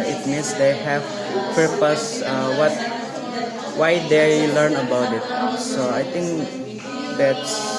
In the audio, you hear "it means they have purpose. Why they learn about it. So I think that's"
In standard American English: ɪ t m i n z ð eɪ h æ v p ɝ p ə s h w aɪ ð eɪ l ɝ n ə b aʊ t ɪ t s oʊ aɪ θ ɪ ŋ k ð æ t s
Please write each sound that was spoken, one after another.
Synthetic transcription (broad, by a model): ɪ t m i n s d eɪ h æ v p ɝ p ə s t w aɪ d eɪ l ɝ n ə b aʊ t ɪ t s oʊ aɪ t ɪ ŋ k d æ t s